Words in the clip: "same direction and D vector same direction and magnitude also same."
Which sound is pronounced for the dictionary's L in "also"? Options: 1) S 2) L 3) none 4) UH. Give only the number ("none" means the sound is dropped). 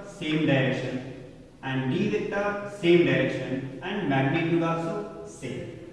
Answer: 3